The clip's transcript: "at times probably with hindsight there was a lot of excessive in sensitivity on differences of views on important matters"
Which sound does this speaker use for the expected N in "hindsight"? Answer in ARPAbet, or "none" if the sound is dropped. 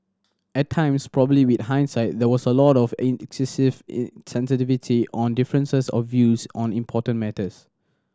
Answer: N